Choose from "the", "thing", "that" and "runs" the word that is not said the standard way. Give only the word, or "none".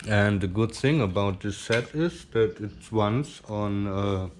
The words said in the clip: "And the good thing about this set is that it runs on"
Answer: runs